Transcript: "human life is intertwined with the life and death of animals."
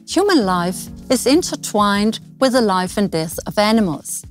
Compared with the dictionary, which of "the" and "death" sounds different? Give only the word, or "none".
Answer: none